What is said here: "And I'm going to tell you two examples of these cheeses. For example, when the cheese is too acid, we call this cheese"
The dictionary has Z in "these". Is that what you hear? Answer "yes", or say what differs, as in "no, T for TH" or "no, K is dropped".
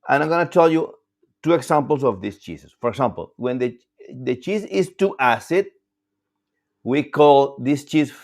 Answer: no, S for Z